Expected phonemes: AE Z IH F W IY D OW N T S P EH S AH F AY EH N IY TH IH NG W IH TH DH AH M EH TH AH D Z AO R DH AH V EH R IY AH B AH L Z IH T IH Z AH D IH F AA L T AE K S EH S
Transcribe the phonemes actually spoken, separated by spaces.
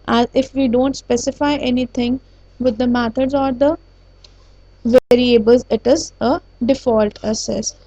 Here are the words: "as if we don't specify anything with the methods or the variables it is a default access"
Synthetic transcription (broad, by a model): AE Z IH F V IY D OW N T S P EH S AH F AY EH N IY T IH NG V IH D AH M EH T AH D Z AO R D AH V EH R IY AH B AH L Z IH T IH Z AH D IH F AA L T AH S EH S